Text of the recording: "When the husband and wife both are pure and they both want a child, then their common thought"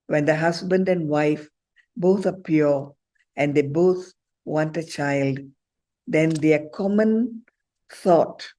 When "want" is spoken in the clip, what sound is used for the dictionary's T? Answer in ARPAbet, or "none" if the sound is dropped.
T